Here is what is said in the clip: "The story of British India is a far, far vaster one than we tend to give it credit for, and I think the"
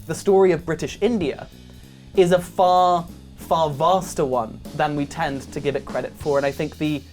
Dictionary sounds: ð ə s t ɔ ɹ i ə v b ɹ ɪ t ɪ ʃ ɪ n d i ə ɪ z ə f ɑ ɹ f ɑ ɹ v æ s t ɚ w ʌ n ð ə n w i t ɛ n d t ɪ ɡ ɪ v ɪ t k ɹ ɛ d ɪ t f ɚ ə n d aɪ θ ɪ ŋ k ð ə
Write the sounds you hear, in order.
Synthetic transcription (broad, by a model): ð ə s t ɔ ɹ i ə v b ɹ ɪ t ɪ ʃ ɪ n d i ə ɪ z ə f ɑ ɹ f ɑ ɹ v æ s t ɚ w ʌ n ð ə n w i t ɛ n t ɪ ɡ ɪ v ɪ t k ɹ ɛ d ɪ t f ɚ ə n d aɪ θ ɪ ŋ k ð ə